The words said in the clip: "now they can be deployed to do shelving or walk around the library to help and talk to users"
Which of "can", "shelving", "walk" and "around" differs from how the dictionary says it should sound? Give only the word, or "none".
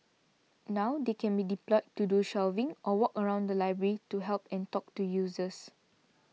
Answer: none